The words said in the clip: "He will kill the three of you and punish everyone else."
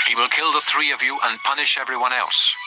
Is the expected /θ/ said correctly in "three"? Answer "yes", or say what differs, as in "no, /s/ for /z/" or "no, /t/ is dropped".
yes